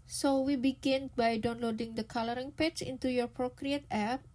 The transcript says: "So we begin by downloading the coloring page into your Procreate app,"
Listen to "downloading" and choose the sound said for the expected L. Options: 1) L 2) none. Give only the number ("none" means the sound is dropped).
1